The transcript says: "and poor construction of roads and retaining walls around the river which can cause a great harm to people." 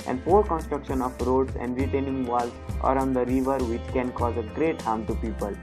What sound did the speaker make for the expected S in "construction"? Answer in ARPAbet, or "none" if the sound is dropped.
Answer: S